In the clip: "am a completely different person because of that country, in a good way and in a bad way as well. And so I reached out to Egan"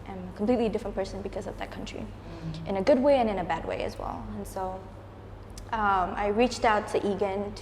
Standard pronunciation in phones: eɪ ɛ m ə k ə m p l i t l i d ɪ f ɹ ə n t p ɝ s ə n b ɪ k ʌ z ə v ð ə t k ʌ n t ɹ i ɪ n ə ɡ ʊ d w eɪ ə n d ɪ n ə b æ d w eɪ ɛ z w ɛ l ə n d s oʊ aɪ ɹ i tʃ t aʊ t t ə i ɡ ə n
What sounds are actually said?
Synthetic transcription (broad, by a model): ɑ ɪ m ə k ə m p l i t l i d ɪ f ɹ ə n p ɝ s ə n b ɪ k ʌ z ə v ð ə t k ʌ n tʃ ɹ i ɪ n ə ɡ ʊ d w eɪ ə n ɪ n ə b æ d w eɪ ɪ z w ɛ l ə n s oʊ aɪ ɹ i tʃ t aʊ t t i ɡ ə n